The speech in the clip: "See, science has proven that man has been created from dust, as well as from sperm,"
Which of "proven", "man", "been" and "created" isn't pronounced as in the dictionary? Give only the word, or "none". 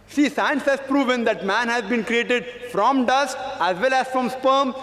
none